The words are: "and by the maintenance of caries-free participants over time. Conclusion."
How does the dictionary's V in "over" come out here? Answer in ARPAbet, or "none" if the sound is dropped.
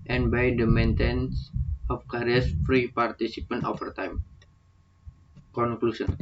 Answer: F